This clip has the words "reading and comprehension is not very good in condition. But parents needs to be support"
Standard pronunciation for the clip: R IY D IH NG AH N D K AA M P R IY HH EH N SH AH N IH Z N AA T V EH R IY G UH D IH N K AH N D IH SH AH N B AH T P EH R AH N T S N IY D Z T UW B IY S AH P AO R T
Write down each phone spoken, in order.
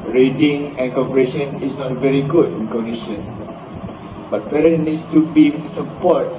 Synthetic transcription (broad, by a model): R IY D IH NG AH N K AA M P IY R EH SH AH N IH S N AA T V EH R IY G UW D IH N K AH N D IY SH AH N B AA T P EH R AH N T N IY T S T UW B IY S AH P AO T